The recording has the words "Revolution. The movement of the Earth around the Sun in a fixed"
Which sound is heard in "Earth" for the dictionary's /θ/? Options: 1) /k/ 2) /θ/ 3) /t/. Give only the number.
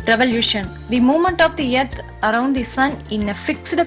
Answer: 3